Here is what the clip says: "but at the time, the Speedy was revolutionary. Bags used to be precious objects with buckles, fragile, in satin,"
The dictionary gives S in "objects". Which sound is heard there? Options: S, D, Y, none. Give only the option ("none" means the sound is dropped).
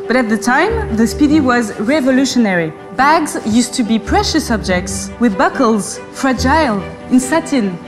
S